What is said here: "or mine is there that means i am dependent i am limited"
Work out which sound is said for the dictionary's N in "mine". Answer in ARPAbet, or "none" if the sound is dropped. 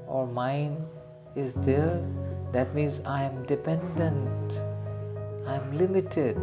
N